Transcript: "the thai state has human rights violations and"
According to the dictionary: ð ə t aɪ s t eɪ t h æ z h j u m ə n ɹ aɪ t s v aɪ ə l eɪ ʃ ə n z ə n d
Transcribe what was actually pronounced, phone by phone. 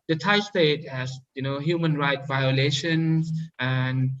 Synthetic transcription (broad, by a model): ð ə t aɪ s t eɪ t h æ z h j u m ə n ɹ aɪ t v aɪ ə l eɪ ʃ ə n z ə n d